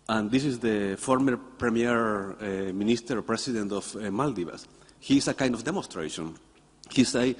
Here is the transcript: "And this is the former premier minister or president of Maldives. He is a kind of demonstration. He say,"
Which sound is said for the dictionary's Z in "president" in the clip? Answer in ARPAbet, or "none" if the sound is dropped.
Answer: S